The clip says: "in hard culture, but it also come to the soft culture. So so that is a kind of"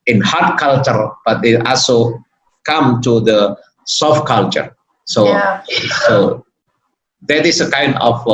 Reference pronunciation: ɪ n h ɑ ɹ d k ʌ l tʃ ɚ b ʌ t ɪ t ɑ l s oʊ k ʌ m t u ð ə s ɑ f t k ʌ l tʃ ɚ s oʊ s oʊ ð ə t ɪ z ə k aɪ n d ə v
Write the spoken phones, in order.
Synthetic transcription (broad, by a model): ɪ n h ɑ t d k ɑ l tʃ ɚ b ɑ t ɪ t ɑ l s oʊ k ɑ m t u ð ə s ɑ f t k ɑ l tʃ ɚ s oʊ s oʊ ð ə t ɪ s ə k aɪ n d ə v